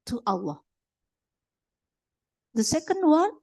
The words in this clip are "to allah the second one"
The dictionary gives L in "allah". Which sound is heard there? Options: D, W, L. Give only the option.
W